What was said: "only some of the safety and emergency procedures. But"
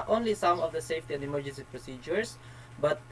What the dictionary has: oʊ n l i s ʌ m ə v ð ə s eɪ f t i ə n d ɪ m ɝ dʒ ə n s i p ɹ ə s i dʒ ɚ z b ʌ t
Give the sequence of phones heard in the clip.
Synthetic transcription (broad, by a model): oʊ n l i s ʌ m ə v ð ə s eɪ f t i ə n d ɪ m ɝ dʒ ə n s i p ɹ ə s i dʒ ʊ s b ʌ t